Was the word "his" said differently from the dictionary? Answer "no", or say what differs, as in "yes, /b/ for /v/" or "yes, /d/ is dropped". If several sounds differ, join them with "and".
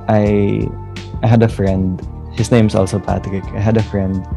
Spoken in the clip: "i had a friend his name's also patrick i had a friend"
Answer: yes, /s/ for /z/